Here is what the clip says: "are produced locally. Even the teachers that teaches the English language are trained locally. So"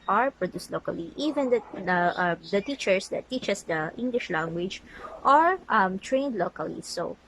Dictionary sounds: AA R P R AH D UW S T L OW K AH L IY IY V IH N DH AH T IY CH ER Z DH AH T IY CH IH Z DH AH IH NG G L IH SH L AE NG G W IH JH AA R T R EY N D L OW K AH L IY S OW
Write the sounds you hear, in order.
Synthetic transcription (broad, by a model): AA R P R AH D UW S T L OW K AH L IY IY V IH N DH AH T IY CH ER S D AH T IY CH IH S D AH IH NG G L IH SH L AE NG G W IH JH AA R T R EY N D L OW K AH L IY S OW